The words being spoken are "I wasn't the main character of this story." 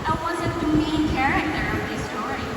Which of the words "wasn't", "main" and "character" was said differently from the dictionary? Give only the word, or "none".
wasn't